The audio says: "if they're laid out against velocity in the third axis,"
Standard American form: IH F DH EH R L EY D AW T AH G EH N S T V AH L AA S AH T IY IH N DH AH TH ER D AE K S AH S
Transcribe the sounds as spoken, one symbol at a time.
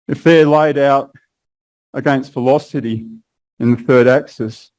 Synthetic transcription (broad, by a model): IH F DH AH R L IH D AW T AH G EH N S T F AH L AA S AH T IY IH N DH AH TH ER D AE K S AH S